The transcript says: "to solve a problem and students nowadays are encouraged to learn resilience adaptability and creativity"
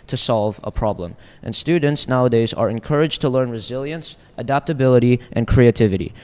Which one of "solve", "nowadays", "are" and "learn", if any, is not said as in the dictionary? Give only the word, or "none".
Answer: none